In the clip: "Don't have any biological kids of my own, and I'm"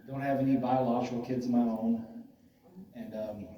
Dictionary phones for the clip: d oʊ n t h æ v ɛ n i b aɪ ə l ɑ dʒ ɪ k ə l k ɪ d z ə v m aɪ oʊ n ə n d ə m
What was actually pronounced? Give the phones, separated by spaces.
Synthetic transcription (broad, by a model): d oʊ n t h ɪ v ɛ n i b aɪ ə l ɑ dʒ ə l k ɪ d z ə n m aɪ oʊ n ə n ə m